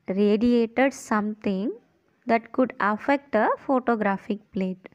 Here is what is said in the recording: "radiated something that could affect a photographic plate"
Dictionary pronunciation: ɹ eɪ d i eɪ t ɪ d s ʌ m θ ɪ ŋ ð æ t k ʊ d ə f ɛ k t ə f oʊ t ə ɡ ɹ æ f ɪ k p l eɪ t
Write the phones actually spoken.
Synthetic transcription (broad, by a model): ɹ eɪ d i eɪ t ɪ d s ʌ m t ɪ ŋ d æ t k ʊ d ə f ɛ k t ə f oʊ t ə ɡ ɹ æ f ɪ k p l eɪ t